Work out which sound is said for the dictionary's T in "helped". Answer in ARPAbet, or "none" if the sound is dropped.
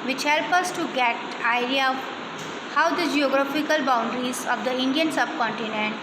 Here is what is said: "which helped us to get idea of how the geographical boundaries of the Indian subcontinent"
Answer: none